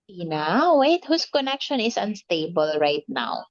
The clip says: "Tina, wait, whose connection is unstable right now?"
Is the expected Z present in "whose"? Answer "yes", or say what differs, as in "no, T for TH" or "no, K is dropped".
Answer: no, S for Z